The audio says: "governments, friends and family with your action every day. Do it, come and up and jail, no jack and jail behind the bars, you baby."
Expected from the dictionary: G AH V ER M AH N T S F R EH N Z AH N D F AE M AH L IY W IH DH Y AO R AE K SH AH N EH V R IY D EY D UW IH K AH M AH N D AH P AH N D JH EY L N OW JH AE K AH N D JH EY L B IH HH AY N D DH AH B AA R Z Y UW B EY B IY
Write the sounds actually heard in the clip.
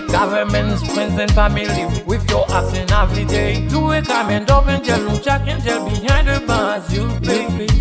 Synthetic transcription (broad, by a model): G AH V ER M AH N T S P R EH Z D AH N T F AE M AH L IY W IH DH Y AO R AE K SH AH N EH V R IY D EY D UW IH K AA M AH N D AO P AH N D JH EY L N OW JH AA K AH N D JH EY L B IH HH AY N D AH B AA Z Y UW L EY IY